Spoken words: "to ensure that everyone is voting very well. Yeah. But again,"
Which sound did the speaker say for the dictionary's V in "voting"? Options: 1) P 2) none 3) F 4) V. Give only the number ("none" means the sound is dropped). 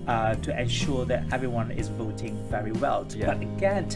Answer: 4